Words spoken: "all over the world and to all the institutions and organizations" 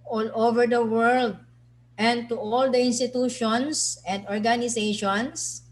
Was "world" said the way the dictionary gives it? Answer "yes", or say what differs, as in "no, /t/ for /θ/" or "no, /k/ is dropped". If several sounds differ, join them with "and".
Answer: yes